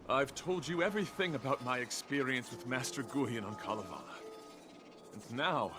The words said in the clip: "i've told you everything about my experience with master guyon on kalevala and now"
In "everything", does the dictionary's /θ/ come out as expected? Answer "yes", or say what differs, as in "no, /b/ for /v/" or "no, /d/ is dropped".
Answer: yes